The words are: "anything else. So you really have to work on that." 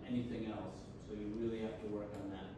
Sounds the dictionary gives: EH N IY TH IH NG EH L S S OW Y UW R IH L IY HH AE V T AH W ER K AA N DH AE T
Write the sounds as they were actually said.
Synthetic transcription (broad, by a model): EH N IY TH IH NG EH L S S OW Y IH R IH L IY HH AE F T AH W ER K N DH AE T